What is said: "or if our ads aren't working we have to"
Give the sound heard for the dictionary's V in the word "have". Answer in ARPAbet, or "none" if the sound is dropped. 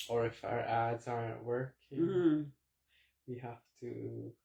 F